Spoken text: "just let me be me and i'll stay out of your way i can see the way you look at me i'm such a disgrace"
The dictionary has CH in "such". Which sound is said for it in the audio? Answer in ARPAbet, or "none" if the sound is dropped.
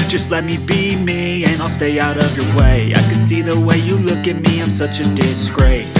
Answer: CH